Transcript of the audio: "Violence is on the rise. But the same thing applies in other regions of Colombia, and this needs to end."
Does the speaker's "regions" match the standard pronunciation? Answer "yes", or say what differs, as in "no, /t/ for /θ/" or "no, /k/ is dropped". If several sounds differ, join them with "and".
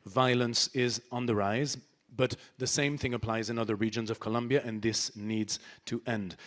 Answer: yes